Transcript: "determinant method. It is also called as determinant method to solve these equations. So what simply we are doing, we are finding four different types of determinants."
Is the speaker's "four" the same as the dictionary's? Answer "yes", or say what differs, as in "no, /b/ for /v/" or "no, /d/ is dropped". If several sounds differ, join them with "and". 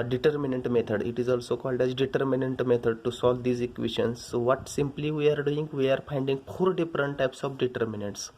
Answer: no, /p/ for /f/